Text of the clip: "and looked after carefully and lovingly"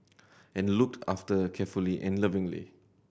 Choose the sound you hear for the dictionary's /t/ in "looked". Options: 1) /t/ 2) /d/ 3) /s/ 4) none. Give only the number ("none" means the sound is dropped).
1